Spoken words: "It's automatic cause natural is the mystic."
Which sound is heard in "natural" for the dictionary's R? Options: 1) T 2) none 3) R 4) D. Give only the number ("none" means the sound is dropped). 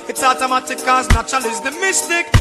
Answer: 2